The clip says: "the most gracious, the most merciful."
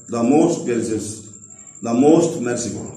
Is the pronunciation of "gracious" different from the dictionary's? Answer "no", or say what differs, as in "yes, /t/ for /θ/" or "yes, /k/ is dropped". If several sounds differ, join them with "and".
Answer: yes, /ɹ/ is dropped and /s/ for /ʃ/